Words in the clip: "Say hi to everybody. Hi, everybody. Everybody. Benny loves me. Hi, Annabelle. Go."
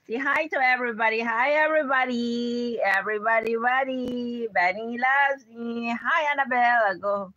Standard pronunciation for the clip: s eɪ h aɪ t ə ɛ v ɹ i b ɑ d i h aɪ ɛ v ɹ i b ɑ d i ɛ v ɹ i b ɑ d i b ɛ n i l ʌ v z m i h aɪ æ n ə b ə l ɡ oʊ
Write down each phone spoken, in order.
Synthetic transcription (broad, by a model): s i h aɪ t ə ɛ v ɹ i b ɑ d i h aɪ ɛ v ɹ i b ɑ d i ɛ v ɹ i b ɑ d i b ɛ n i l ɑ z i h aɪ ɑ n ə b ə l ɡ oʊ